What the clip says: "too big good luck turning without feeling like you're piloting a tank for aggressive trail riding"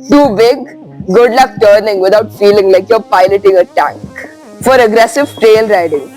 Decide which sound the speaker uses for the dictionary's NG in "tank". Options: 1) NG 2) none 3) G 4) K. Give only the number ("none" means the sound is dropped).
1